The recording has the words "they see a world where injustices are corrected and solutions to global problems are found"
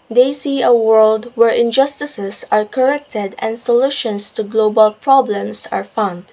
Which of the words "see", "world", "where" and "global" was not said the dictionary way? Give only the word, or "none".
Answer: none